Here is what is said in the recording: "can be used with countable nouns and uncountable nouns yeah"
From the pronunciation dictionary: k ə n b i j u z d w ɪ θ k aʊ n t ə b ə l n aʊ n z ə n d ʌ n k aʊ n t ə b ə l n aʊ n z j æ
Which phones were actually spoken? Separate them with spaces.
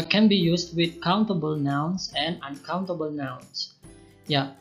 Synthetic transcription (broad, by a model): k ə n b i j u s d w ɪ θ k aʊ n t ə b ə l n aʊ n s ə n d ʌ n k aʊ n t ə b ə l n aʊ n s j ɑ